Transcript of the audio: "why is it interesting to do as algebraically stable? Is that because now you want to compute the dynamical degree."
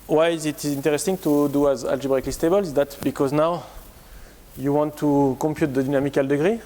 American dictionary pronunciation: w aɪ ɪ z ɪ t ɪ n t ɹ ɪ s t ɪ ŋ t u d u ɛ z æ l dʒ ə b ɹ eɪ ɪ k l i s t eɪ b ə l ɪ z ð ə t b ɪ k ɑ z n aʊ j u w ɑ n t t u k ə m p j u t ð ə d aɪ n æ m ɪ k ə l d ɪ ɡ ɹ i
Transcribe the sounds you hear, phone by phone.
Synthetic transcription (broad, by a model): w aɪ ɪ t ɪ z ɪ n t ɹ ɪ s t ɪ ŋ t u d u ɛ z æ l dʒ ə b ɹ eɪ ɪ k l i s t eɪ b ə l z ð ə t b ɪ k ɑ z n aʊ j u w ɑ n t t u k ə m p j u t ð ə d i n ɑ m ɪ k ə l d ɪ ɡ ɹ i